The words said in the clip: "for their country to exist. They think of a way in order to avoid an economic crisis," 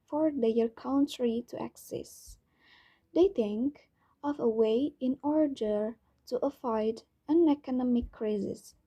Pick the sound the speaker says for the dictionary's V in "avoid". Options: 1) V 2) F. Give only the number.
2